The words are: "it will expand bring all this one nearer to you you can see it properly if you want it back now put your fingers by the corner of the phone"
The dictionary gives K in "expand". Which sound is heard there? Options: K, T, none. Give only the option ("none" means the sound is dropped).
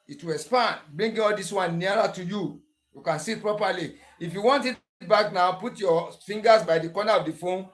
none